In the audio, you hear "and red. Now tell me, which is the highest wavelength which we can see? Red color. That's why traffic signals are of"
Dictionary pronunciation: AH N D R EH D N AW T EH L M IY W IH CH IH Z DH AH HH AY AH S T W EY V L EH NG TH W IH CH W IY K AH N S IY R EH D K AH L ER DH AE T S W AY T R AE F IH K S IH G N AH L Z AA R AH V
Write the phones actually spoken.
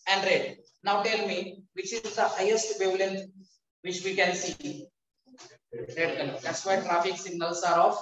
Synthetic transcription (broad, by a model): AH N D R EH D N AW T EH L M IY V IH CH IH Z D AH HH AY AH S T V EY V L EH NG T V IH CH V IY K AH N S IY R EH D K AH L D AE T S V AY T R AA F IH K S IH G N AH L S AA R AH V